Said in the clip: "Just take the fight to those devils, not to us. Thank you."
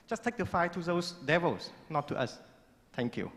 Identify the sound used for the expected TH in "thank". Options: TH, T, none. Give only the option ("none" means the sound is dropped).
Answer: T